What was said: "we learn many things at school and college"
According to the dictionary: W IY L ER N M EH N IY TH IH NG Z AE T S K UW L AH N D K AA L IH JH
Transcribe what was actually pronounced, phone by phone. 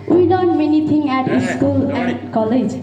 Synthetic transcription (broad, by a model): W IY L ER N M EH N IY T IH NG AE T S K UW L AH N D K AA L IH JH